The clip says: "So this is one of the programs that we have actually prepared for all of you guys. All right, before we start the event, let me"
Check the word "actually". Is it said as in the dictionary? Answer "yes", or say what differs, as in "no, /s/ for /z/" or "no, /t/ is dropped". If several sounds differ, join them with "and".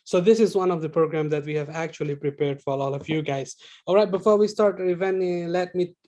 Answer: yes